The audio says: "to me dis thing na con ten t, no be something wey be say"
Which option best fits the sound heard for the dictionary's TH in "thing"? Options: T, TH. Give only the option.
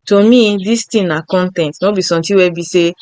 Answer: T